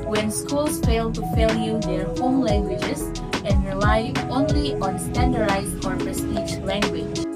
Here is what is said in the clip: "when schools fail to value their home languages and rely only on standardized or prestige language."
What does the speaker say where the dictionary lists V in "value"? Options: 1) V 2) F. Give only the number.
2